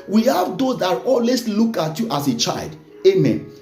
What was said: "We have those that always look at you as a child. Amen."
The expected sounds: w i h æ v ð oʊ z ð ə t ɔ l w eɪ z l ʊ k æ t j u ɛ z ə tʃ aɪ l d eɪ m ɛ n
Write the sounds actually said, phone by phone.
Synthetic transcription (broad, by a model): w i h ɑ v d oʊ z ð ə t ɔ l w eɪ s l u k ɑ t j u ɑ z ə tʃ aɪ l d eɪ m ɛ n